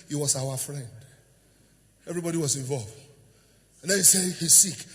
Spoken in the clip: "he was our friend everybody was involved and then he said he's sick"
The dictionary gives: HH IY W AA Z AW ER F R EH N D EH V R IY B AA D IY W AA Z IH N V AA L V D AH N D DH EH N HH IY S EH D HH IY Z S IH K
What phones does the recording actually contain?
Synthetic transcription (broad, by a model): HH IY W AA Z AW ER F R EH N D EH V R IY B AA D IY W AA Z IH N V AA L V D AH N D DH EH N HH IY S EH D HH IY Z S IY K